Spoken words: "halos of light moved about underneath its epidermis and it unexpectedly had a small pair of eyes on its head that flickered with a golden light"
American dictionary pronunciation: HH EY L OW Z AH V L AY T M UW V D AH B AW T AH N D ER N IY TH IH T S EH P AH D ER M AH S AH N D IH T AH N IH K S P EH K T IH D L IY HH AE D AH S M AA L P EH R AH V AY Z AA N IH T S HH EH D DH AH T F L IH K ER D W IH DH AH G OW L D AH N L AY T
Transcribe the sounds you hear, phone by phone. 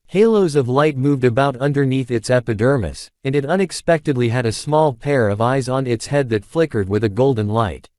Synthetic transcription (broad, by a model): HH EY L OW Z AH V L AY T M UW V D AH B AW T AH N D ER N IY TH IH T S EH P AH D ER M AH S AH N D IH T AH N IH K S P EH K T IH D L IY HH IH D AH S M AA L P EH R AH V AY Z N IH T S HH EH D DH AH T F L IH K ER D W IH DH AH G OW L D N L AY T